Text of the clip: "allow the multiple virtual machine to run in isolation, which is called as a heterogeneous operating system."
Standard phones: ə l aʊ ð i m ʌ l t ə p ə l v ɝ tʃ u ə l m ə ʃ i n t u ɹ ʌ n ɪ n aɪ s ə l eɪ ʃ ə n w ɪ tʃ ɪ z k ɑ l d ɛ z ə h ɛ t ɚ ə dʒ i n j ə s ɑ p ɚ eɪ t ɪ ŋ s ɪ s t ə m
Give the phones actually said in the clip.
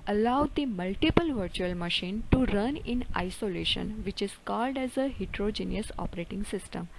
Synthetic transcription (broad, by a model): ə l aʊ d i m ʌ l t ə p ə l v ɝ tʃ u ə l m ə ʃ i n t u ɹ ʌ n ɪ n aɪ s ə l eɪ ʃ ə n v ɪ tʃ ɪ z k ɑ l d ɛ z ə h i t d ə dʒ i n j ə s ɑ p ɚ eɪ t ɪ ŋ s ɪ s t ə m